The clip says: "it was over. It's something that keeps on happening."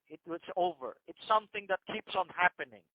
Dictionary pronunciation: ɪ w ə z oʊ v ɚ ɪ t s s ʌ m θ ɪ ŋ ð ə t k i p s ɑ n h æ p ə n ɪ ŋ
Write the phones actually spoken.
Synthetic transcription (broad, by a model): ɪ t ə s oʊ v ɚ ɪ t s s ʌ m θ ɪ ŋ ð ə t k i p s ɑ n h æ p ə n ɪ ŋ